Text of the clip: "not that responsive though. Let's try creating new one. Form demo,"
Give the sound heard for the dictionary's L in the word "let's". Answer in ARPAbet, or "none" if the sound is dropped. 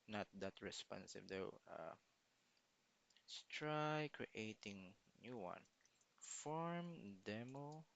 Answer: W